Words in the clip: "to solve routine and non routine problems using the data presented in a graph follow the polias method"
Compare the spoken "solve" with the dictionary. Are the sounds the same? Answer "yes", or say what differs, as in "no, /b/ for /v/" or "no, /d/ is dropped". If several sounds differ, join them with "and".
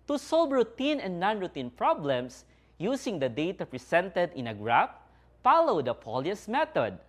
no, /b/ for /v/